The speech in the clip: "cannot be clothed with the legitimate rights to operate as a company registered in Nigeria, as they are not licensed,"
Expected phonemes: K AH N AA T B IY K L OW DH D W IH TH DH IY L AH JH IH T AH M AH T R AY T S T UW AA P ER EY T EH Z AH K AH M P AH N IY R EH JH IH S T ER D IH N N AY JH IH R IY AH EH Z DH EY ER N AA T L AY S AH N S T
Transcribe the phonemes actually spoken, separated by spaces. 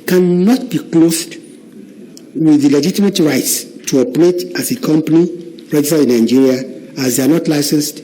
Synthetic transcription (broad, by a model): K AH N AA T B IY K L OW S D W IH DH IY L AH JH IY T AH M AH T R AY T S T UW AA P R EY T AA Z AH K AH M P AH N IY R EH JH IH S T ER IH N N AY JH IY R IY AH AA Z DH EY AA N AA T L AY S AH N S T